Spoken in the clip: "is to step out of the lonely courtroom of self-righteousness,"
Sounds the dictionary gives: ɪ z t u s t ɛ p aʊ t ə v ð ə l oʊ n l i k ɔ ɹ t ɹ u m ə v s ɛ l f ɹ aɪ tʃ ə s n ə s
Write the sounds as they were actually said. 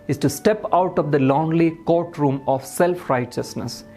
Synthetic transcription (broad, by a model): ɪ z t u s t ɛ p aʊ t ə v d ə l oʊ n l i k ɔ ɹ t ɹ u m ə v s ɛ l f ɹ aɪ tʃ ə s n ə s